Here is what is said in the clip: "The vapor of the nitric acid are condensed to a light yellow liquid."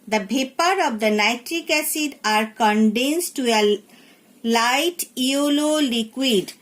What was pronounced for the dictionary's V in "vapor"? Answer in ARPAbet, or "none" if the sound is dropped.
B